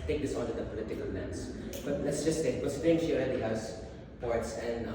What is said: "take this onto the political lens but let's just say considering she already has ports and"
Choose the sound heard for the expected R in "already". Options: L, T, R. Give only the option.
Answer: L